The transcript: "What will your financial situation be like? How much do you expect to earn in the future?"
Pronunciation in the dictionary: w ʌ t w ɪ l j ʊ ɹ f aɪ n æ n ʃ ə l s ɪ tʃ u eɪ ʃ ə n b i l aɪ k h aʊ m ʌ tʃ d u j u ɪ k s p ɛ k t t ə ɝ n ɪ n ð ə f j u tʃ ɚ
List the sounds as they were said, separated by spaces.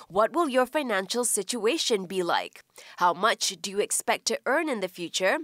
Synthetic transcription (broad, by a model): w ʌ t w ɪ l j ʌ ɹ f aɪ n æ n ʃ ə l s ɪ tʃ u eɪ ʃ ə n b i l aɪ k h aʊ m ʌ tʃ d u j u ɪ k s p ɛ k t t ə ɝ n ɪ n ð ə f j u tʃ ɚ